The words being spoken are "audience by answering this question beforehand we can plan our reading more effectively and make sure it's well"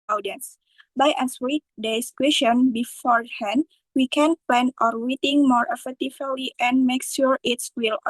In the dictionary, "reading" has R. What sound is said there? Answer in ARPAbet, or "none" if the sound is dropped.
W